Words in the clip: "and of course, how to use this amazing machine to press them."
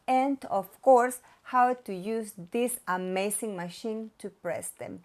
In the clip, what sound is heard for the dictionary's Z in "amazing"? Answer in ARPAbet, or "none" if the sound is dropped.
S